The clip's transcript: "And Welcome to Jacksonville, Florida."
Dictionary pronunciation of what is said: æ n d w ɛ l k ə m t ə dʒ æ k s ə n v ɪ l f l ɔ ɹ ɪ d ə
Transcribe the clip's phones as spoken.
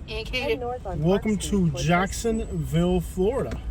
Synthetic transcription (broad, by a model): w ɛ l k ə m t ə dʒ æ k s ə n v ɪ l f l ɔ ɹ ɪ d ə